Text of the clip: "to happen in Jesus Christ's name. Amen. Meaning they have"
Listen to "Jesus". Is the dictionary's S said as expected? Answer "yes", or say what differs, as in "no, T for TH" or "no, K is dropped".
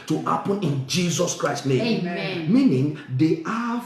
yes